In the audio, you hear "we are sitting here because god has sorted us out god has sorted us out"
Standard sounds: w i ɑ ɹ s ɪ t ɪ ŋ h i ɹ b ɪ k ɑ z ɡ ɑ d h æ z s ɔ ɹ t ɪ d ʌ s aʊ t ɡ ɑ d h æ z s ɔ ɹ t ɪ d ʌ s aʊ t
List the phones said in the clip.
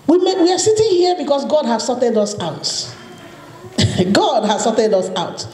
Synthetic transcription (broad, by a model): w i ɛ w s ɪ t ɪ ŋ h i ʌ b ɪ k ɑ s ɡ ɑ d h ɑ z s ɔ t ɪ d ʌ s aʊ t ɡ ɑ d h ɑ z s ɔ t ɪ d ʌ s aʊ t